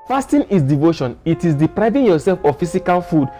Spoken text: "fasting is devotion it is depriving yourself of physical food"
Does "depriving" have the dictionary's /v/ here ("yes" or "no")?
yes